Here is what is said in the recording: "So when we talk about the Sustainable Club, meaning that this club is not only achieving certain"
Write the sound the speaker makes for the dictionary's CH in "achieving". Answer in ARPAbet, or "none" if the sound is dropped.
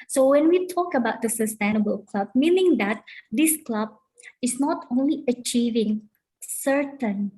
CH